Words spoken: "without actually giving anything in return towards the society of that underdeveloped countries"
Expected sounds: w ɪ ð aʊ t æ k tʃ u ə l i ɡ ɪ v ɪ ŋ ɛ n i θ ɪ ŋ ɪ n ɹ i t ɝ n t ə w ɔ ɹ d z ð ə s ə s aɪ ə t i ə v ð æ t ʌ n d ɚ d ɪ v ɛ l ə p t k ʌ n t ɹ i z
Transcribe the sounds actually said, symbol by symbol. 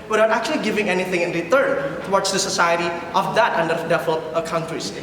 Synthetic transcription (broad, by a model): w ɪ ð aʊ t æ k tʃ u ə l i ɡ ɪ v ɪ ŋ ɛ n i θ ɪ ŋ ɪ n ɹ i t ɝ n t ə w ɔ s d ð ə s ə s aɪ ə t i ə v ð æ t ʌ n d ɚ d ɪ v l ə t k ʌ n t ɹ i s